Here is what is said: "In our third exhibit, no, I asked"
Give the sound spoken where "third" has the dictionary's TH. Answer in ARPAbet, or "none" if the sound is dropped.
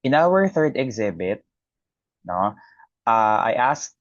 TH